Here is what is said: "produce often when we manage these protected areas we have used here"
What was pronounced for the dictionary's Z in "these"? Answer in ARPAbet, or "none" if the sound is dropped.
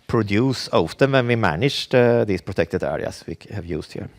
S